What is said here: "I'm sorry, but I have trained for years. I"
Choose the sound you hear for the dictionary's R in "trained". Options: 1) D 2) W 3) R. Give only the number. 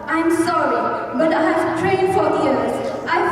2